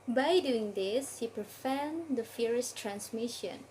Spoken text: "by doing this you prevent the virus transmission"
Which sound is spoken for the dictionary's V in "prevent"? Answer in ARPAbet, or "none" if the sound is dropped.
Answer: F